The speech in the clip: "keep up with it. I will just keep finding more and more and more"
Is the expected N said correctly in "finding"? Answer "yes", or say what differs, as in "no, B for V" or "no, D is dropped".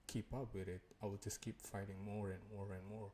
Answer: no, N is dropped